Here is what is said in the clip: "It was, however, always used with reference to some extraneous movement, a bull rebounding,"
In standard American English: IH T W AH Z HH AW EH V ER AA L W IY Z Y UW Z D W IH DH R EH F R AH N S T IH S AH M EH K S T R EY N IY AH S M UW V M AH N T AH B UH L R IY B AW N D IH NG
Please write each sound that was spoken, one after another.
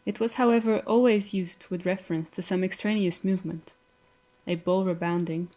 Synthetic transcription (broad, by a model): IH T W AH Z HH AW EH V ER AA L W IY Z Y UW Z D W IH DH R EH F R AH N S T IH S AH M EH K S T R EY N IY AH S M UW V M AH N T AH B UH L R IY B AW N D IH NG